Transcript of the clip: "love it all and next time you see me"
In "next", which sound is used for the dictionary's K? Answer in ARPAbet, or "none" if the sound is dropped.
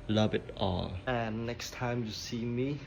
K